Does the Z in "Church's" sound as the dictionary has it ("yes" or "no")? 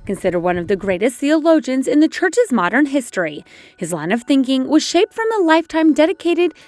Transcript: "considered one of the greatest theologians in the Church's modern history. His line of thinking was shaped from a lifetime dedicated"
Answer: yes